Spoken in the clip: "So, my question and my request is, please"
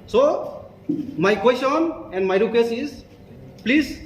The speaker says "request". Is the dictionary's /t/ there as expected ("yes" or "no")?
no